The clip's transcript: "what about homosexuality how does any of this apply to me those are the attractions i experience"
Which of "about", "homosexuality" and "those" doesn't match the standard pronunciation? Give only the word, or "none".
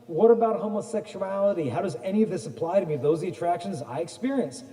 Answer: none